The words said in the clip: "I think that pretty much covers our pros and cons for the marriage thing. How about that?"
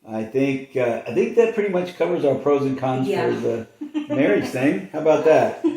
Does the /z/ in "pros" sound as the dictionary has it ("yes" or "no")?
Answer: yes